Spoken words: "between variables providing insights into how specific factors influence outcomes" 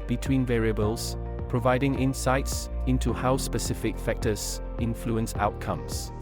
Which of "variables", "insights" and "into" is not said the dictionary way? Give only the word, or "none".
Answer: none